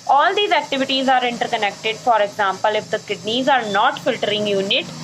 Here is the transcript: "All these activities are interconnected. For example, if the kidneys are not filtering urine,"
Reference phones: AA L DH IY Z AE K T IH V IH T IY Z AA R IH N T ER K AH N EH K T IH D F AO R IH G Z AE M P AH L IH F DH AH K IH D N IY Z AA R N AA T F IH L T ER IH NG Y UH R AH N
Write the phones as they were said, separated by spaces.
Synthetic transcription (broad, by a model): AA L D IY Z AE K T IH V IH T IY Z AA R IH N T ER K AH N EH K T IH D F AO R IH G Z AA M P AH L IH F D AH K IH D N IY Z AA R N AA T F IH L T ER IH NG Y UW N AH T